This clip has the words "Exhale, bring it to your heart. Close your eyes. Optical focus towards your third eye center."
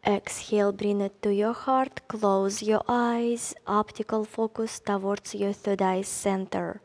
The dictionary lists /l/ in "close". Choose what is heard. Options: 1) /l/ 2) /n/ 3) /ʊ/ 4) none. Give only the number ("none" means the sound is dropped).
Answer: 1